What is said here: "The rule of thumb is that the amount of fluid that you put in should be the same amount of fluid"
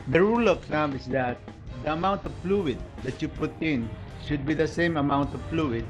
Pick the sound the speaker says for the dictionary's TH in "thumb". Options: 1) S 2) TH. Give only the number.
1